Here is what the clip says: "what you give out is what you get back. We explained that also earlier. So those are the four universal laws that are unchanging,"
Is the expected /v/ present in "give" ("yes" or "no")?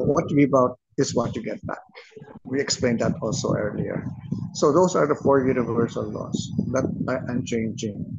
no